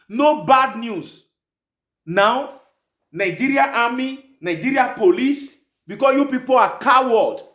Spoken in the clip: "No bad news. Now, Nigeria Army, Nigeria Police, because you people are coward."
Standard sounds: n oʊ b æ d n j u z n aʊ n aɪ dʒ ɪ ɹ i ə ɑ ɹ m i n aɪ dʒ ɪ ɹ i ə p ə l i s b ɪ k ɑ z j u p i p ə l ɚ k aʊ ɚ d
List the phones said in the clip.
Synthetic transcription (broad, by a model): n oʊ b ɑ d n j u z n aʊ n aɪ dʒ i ɹ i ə ɑ m i n aɪ dʒ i ɹ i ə p ə l i s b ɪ k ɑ j u p i p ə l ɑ k aʊ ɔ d